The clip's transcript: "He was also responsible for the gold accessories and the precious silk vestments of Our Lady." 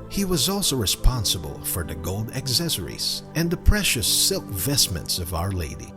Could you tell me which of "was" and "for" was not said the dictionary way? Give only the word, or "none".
none